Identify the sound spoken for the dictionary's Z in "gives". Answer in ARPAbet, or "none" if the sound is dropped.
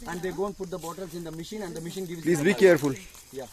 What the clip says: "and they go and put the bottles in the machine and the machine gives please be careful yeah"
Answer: none